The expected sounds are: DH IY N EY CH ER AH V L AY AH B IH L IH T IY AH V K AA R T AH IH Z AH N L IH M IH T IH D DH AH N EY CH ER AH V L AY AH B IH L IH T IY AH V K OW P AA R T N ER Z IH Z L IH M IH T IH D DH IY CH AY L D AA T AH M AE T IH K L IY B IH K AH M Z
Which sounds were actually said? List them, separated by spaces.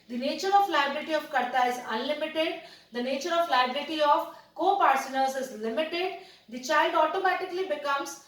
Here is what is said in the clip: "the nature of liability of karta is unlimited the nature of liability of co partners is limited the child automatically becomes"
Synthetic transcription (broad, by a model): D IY N EY CH ER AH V L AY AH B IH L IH T IY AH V K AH R T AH IH Z AH N L IH M IH T IH D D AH N EY CH ER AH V L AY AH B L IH T IY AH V K OW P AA R S N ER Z IH Z L IH M IH T IH D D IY CH AY L D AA T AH M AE T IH K L IY B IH K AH M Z